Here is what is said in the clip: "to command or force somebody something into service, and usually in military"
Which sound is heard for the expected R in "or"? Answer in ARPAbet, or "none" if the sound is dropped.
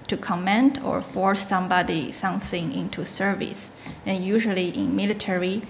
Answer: R